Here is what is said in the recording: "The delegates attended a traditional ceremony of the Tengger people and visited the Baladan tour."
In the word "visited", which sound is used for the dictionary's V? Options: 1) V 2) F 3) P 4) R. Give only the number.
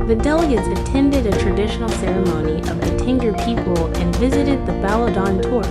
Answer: 1